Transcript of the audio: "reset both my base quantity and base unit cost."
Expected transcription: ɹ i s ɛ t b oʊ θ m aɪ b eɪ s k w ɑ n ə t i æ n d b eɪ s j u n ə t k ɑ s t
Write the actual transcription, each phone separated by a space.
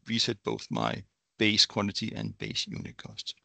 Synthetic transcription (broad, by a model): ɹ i s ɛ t b oʊ θ m aɪ b eɪ s k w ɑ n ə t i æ n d b eɪ s j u n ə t k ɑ s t